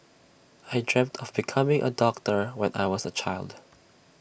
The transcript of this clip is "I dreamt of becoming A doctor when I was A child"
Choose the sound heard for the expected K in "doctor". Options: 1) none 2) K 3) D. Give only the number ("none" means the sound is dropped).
2